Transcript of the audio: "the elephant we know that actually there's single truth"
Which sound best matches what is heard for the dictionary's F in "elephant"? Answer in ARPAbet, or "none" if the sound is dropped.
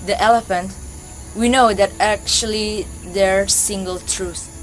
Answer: F